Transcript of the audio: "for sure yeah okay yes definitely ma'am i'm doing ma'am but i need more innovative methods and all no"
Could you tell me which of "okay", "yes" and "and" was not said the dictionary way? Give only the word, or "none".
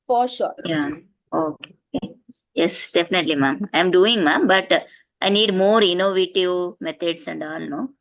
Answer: none